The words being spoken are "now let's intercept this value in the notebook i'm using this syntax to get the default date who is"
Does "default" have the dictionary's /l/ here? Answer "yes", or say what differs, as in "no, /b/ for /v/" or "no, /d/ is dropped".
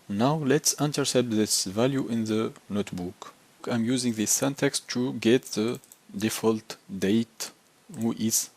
yes